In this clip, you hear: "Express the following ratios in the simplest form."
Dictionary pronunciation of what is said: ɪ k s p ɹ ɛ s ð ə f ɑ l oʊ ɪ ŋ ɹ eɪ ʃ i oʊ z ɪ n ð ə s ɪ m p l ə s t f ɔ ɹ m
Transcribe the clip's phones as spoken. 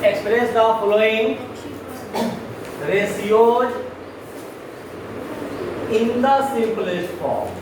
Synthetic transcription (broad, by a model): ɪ k s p ɹ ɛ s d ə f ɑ l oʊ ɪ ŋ ɹ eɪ s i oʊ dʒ ɪ n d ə s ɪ p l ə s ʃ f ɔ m